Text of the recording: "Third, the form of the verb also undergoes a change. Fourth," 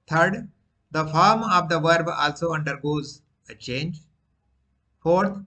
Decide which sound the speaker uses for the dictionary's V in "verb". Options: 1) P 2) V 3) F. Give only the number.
2